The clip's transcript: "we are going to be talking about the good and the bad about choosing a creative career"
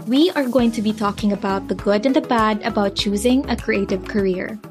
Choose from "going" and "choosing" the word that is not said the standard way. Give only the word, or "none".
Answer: none